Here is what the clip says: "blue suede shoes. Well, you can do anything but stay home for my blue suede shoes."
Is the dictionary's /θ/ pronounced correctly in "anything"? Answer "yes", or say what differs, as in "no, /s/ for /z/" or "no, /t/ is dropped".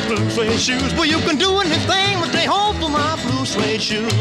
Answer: yes